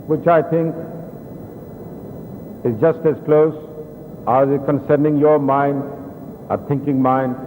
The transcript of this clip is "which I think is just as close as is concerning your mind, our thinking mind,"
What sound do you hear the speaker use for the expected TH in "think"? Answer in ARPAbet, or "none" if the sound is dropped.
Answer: T